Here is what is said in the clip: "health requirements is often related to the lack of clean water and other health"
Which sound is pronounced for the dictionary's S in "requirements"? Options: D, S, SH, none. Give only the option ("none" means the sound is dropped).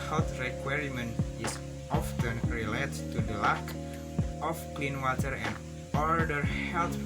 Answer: none